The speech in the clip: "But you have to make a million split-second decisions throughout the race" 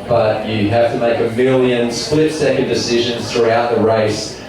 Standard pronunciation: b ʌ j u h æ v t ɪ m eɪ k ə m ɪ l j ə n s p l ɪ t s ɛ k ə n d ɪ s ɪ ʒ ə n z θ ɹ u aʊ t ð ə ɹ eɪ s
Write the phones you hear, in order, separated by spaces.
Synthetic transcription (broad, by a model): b ʌ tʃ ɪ h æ f t ɪ m eɪ k ə m ɪ l j ə n s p l ɪ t s ɛ k ə n d ɪ s ɪ ʒ ə n z θ ɹ u aʊ t ð ə ɹ eɪ s